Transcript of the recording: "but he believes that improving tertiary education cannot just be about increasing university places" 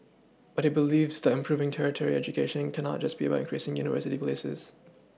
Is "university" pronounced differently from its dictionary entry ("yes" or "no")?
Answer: no